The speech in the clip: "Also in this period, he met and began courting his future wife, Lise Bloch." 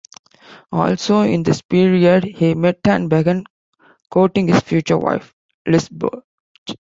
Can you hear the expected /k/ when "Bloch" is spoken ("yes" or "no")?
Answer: no